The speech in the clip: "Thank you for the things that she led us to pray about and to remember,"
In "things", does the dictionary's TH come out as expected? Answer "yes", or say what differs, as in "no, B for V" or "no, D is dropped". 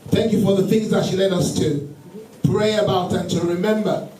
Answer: yes